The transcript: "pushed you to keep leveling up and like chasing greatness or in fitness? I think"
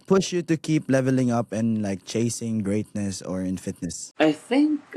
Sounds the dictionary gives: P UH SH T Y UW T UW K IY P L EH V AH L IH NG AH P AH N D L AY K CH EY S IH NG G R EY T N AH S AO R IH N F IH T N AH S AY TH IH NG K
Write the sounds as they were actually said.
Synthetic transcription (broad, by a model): P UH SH Y UW T UW K IY P L EH V AH L IH NG AH P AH N L AY K CH EY S IH NG G R EY T N AH S AO R IH N F IH T N AH S AY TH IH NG K